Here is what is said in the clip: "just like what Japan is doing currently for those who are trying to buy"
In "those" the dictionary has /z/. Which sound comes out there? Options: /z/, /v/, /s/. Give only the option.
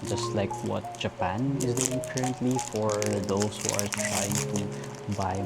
/s/